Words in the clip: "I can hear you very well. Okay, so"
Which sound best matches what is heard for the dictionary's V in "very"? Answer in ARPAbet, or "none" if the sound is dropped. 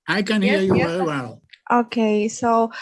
W